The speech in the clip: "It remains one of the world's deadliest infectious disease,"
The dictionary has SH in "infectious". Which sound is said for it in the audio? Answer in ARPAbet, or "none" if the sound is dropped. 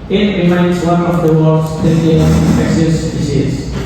S